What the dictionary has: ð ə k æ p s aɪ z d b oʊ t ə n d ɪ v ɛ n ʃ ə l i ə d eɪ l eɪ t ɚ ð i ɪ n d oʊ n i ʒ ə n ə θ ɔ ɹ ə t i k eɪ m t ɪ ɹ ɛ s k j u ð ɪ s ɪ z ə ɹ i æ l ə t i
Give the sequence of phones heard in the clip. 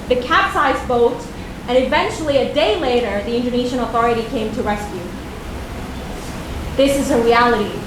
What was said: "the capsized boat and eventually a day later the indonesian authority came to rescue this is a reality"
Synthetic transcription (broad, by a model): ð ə k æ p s aɪ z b oʊ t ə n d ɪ v ɛ n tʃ l i ə d eɪ l eɪ t ɚ ð i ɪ n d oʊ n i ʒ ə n ə θ ɔ ɹ ə t i k eɪ m t ɪ ɹ ɛ s k j u ð ɪ s ɪ z ə ɹ i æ l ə t i